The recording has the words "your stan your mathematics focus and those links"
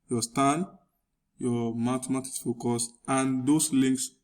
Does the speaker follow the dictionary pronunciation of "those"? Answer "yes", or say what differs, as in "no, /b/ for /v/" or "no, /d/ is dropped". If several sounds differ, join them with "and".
no, /s/ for /z/